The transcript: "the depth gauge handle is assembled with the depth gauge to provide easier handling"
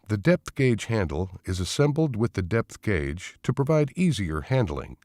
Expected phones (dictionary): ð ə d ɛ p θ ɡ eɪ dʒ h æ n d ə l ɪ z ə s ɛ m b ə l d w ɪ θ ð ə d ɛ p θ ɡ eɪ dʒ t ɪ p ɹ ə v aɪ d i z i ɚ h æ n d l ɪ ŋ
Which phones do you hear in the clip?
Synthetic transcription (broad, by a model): ð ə d ɛ p θ ɡ eɪ dʒ h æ n d l ɪ z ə s ɛ m b l d w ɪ ð ə d ɛ p θ ɡ eɪ dʒ t ɪ p ɹ ə v aɪ d i z i ɚ h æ n d l ɪ ŋ